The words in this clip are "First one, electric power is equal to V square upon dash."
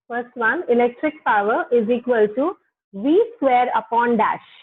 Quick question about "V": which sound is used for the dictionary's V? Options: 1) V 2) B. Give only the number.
1